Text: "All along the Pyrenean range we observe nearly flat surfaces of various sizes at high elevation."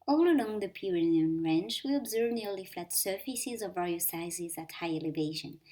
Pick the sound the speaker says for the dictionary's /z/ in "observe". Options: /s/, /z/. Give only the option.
/z/